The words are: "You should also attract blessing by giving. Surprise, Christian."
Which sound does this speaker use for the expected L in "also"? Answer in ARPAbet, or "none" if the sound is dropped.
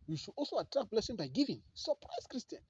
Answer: L